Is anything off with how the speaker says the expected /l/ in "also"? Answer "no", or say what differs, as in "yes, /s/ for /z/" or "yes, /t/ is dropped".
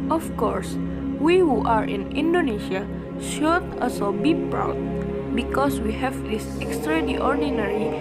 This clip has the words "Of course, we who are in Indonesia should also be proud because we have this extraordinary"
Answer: yes, /l/ is dropped